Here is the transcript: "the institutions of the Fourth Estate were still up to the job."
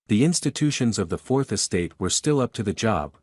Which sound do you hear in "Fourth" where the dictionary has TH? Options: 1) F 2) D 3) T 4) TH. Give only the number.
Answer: 4